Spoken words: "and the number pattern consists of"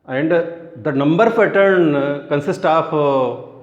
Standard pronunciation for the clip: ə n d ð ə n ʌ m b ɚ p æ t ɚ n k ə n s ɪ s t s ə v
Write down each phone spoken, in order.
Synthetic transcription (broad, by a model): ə n d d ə n ʌ m b ɚ f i t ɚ n k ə n s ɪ s t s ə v